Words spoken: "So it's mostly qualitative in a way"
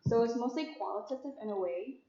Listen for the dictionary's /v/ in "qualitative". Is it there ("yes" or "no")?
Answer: yes